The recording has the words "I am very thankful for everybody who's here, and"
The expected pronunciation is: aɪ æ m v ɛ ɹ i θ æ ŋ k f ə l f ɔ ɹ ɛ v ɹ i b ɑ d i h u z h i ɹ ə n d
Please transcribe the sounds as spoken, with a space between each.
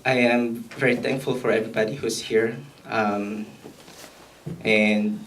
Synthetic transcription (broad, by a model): aɪ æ m v ɛ ɹ i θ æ ŋ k f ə l f ɔ ɹ ɛ v ɹ i b ɑ d i h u s h i ɹ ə n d